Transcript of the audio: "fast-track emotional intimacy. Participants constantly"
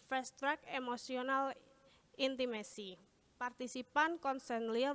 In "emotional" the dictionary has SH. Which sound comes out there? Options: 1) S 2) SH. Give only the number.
1